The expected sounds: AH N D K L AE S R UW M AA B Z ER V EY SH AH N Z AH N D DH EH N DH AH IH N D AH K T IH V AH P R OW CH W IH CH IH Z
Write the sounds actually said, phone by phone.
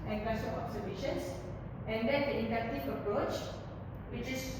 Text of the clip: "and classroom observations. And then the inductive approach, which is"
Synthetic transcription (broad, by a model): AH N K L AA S AO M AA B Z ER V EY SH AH N S AH N D EH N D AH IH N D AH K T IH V AH P R OW CH W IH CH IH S